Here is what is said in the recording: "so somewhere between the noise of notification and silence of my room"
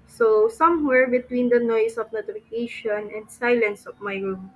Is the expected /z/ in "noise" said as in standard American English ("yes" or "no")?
no